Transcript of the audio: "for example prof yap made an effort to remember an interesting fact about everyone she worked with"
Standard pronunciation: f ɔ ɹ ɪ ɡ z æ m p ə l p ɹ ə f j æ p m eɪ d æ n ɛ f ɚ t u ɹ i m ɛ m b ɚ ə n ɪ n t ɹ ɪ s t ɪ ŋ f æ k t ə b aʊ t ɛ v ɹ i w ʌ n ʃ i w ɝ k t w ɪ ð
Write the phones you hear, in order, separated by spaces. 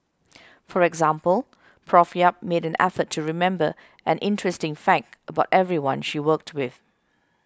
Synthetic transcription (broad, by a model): f ɔ ɹ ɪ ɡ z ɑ m p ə l p ɹ ə f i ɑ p m eɪ d æ n ɛ f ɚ t u ɹ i m ɛ m b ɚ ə n ɪ n t ɹ ɪ s t ɪ ŋ f æ k t ə b aʊ t ɛ v ɹ i w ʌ n ʃ i w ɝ k t w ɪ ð